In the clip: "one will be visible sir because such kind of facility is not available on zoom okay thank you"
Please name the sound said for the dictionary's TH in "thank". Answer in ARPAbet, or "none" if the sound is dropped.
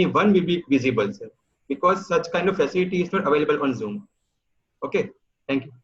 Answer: T